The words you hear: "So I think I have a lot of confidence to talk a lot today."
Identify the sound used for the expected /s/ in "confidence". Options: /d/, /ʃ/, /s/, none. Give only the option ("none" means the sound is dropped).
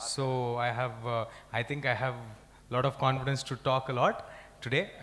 /s/